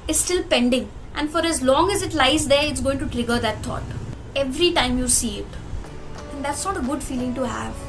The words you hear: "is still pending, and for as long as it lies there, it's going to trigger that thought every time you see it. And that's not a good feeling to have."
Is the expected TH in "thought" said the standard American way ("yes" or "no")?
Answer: no